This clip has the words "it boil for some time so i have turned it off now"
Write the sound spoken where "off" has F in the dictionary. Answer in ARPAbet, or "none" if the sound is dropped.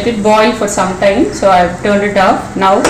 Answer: P